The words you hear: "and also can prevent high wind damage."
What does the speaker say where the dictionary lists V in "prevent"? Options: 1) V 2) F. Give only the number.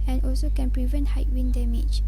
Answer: 1